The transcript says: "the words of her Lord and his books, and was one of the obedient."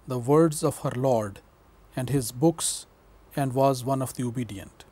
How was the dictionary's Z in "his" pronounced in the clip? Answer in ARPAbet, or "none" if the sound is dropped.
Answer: Z